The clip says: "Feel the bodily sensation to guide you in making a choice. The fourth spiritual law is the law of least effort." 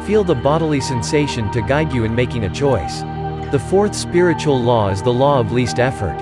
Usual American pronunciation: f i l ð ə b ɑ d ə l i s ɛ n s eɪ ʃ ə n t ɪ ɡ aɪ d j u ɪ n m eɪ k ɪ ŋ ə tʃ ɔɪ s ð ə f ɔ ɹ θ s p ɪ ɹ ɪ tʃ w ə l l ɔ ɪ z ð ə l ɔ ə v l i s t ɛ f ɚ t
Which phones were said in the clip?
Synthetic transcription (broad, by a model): f i l ð ə b ɑ d l i s ɛ n s eɪ ʃ ə n t ɪ ɡ aɪ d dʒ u ɪ n m eɪ k ɪ ŋ ə tʃ ɔɪ s ð ə f ɔ ɹ θ s p ɪ ɹ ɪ tʃ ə l l ɔ ɪ z ð ə l ɔ ə v l i s t ɛ f ɚ t